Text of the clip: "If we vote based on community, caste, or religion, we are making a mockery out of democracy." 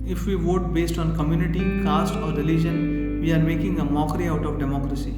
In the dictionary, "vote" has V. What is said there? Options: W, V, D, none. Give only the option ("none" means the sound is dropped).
V